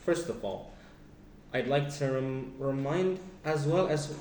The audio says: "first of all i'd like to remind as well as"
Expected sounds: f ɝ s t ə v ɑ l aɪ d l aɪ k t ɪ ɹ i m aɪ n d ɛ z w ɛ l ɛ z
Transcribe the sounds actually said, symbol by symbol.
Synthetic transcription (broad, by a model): f ɝ s t ə v ɑ l aɪ d l aɪ k t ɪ ɹ i m aɪ n d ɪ z w ɛ l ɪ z